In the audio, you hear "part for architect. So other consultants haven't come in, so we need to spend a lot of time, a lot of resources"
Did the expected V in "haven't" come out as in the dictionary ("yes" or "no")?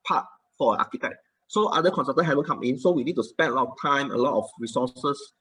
no